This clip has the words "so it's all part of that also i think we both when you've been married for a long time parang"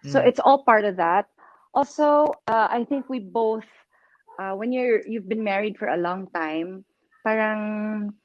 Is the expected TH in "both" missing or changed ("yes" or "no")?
no